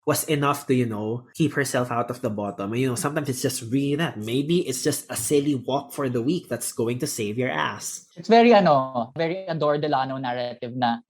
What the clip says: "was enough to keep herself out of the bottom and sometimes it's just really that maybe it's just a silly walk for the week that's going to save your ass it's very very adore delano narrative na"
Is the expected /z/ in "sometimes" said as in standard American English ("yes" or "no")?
no